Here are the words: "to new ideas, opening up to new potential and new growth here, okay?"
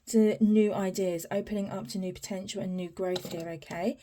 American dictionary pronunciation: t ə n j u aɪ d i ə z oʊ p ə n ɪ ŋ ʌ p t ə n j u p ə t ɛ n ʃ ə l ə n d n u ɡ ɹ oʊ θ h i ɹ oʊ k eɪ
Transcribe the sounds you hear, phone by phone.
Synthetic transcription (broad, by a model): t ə n j u aɪ d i ə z oʊ p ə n ɪ ŋ ʌ p t ə n j u p ə t ɛ n ʃ ə l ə n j u ɡ ɹ oʊ θ h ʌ ɹ oʊ k eɪ